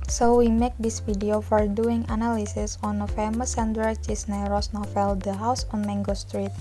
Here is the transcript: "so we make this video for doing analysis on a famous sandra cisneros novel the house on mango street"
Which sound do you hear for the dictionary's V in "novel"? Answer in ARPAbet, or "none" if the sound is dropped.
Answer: F